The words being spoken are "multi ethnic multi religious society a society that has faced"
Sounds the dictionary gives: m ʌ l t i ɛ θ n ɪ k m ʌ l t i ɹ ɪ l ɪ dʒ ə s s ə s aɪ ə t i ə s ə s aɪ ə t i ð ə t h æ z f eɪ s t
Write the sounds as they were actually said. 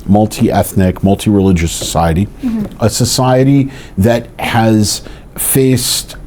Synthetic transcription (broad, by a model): m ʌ l t i ɛ θ n ɪ k m ʌ l t i ɹ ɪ l ɪ dʒ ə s s ə s aɪ ə t i ə s ə s aɪ ə t i ð ə t h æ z f eɪ s t